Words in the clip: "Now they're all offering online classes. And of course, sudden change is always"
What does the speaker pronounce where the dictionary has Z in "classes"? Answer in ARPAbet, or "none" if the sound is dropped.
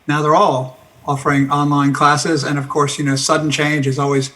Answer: Z